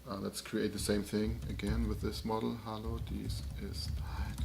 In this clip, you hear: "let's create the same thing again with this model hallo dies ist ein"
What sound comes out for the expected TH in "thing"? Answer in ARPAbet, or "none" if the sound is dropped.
TH